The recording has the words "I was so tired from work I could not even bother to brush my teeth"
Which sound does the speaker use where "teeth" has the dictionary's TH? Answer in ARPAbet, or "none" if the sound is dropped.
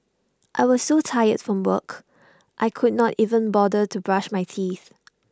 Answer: TH